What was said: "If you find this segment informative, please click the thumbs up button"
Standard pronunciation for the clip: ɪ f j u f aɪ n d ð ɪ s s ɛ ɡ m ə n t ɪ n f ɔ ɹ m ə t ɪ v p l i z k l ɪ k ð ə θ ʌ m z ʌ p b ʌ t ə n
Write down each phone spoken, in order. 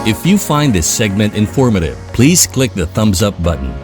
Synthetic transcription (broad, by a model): ɪ f j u f aɪ n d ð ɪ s s ɛ ɡ m ə n t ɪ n f ɔ ɹ m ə t ɪ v p l i z k l ɪ k ð ə θ ʌ m z ʌ p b ʌ t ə n